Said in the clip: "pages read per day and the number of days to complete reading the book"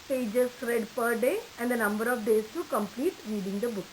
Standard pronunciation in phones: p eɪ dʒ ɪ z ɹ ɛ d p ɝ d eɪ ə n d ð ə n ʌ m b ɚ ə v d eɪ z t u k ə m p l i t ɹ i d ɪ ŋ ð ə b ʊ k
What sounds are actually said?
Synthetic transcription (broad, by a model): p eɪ dʒ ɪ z ɹ ɛ d p ɝ d eɪ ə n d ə n ʌ m b ɚ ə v d eɪ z t u k ə m p l i t ɹ i d ɪ ŋ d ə b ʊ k